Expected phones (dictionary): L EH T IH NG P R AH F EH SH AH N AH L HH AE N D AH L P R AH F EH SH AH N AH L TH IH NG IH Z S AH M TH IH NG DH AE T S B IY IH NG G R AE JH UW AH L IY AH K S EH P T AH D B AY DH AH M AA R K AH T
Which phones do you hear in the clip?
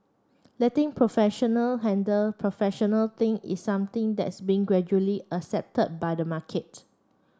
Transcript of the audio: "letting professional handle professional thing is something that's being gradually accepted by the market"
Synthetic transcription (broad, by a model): L EH T IH NG P R AH F EH SH AH N AH L HH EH N D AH L P R AH F EH SH AH N AH L T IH NG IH S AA M T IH NG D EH T S B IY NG G R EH JH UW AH L IY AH S EH P T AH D B AY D AH M AA K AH T